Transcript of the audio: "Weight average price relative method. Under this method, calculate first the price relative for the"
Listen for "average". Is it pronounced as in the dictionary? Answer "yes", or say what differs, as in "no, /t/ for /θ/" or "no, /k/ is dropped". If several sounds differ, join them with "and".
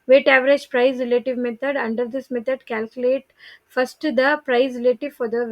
yes